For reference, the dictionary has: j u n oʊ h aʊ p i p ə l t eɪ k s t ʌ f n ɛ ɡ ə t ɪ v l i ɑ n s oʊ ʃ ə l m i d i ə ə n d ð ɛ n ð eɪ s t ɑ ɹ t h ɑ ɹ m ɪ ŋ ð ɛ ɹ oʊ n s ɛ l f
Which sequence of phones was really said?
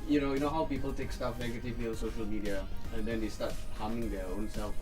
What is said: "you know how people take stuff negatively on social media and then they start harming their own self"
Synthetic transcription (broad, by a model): j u n oʊ h aʊ p i p ə l t eɪ k s t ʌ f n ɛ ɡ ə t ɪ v i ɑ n s oʊ ʃ ə l m i d i ə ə n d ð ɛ n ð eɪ s t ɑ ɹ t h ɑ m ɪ ŋ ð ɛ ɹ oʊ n s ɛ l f